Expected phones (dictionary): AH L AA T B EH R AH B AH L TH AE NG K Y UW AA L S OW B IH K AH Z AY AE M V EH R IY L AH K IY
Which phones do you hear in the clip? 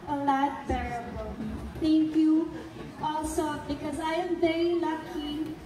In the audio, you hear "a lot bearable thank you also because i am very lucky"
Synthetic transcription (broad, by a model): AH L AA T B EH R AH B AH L T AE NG K Y UW AA L S OW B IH K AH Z AY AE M V EH R IY L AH K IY